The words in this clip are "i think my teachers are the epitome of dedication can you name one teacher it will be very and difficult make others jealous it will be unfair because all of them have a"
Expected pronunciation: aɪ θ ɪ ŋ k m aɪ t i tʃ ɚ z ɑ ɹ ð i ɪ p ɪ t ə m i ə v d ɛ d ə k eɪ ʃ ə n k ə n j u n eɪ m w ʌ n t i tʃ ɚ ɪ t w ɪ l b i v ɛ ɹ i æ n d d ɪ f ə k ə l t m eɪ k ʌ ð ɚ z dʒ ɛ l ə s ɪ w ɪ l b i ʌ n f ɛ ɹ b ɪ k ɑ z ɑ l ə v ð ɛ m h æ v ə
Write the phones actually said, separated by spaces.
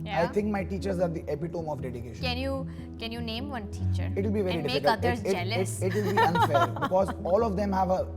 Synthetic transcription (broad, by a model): aɪ t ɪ ŋ k m aɪ t i tʃ ɚ z ɑ ɹ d i ɪ p ɪ t ə m i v d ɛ d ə k eɪ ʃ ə n k ə n j u n eɪ m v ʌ n t i tʃ ɚ ɪ t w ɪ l b i v ɛ ɹ i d d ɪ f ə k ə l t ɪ ɪ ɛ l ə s ɪ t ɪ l b i ʌ n f ɛ ɹ b ɪ k ɑ z ɑ l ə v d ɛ m h æ v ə